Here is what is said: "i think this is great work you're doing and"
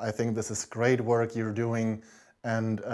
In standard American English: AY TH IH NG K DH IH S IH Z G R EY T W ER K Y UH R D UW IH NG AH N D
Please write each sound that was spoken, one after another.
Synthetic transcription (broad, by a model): AY TH IH NG K DH IH S IH Z G R EY T W ER K Y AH R D UW IH NG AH N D